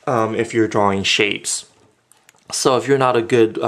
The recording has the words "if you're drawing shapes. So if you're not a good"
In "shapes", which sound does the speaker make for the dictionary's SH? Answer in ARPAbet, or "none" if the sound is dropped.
SH